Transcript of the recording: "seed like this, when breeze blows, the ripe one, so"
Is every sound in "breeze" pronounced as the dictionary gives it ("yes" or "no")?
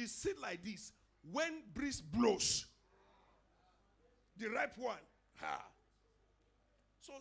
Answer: no